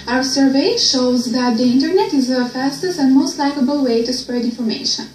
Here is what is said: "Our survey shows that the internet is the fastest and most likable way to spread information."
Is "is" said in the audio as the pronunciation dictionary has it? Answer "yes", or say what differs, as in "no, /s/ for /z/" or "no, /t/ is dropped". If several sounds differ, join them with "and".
yes